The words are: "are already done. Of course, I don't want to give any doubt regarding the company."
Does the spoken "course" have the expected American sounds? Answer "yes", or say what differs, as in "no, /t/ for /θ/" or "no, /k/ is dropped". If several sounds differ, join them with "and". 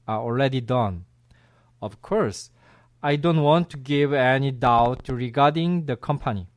yes